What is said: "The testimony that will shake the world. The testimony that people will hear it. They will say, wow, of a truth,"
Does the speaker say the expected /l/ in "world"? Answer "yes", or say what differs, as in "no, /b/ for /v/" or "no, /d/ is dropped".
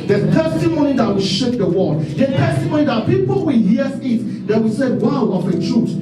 no, /l/ is dropped